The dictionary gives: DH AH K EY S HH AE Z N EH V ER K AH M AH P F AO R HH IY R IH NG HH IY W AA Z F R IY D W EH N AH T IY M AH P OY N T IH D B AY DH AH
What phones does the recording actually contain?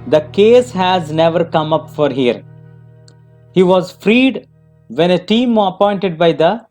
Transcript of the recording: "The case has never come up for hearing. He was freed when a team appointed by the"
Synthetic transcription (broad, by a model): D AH K EY S HH AE Z N EH V ER K AH M AH P F AO R HH IY IH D HH IY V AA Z F R IY D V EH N AH T IY M AH P OY N T IH D B AY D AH